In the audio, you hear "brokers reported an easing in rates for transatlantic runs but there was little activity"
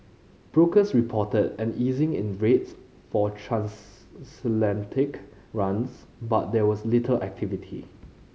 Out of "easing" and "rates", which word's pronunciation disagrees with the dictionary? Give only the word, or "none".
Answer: none